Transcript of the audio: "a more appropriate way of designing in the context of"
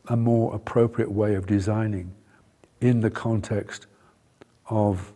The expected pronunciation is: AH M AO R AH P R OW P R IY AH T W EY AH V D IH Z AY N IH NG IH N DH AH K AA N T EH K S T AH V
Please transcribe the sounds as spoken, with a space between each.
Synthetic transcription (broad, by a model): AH M AO R AH P R OW P R IY AH T W EY AH V D IH Z AY N IH NG IH N DH AH K AA N T EH K S T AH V